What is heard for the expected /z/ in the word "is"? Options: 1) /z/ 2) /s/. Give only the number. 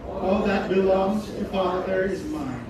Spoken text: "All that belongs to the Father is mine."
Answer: 1